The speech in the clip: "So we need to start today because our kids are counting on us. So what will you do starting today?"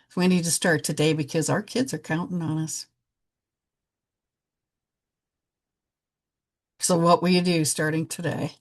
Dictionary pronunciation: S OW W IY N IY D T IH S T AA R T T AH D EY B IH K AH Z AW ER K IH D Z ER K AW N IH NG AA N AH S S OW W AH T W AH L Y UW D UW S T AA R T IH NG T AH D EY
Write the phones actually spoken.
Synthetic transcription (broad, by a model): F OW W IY N IY D T IH S T AA R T T AH D EY B IH K AH Z AW ER K IH D Z ER K AW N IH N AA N AH S S OW W AH T W AH L Y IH D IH S T AA R T IH NG T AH D EY